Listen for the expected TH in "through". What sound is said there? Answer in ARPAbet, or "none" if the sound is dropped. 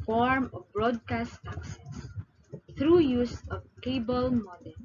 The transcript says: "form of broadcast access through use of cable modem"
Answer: T